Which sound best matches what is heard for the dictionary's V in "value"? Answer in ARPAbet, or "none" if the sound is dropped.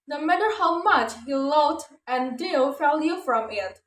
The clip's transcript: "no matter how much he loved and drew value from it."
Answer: F